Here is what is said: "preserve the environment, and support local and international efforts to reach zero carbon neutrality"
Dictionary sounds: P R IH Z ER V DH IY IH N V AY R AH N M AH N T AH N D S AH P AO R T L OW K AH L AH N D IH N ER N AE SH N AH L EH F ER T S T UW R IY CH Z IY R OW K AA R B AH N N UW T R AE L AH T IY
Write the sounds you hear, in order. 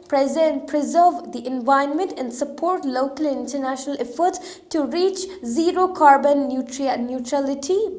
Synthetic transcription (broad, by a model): P R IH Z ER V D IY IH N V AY AH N M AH N T AH N D S AH P AO R T L OW K AH L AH N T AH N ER N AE SH N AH L EH F ER T S T UW R IY CH Z IY R OW K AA R B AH N N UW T R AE L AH T IY